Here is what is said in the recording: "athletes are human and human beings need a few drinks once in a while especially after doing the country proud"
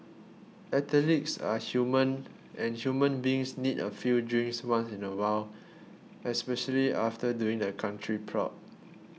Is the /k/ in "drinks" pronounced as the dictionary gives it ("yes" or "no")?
no